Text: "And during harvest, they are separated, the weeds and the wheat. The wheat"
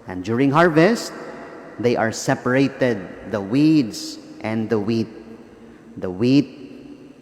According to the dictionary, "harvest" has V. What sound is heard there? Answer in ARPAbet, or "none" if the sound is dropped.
V